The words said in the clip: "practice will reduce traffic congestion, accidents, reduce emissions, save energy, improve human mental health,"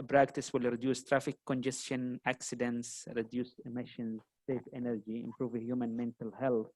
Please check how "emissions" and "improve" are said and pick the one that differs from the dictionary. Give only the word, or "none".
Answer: none